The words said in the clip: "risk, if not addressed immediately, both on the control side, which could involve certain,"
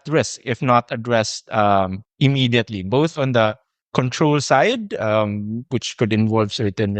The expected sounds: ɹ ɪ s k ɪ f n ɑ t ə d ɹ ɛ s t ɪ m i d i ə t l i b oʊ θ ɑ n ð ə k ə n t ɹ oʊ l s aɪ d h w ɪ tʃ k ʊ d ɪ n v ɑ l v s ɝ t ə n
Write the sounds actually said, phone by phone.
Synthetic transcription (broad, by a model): ɹ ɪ s k ɪ f n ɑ t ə d ɹ ɛ s t ɪ m i d i ə t l i b oʊ θ ɑ n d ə k ə n t ɹ oʊ l s aɪ d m w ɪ tʃ k ʊ d ɪ n v ɑ l v s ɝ t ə n